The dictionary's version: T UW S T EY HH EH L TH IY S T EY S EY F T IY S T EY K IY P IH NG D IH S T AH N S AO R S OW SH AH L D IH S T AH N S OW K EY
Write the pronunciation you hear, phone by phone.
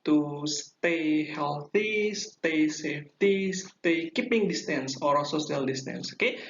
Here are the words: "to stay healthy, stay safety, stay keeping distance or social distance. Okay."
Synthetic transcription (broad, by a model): T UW S T EY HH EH L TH IY S T EY S EY F T IY S T EY K IY P IH NG D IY S T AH N S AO R S OW S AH L D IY S T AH N S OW K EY